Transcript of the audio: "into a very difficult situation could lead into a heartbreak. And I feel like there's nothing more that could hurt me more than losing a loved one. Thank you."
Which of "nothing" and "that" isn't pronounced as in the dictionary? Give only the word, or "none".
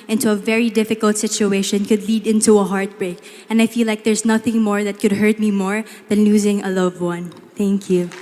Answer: none